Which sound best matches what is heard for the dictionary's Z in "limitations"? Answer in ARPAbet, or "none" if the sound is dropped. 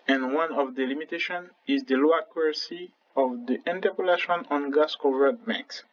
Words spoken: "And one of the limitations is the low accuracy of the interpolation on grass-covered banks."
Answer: none